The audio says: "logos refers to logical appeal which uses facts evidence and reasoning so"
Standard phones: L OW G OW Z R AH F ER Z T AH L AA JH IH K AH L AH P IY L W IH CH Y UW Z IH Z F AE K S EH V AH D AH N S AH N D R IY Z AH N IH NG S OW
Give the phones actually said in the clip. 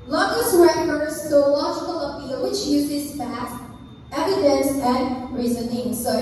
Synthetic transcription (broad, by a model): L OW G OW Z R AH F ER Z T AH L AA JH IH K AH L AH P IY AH W IH CH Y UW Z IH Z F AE S EH V AH D AH N S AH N R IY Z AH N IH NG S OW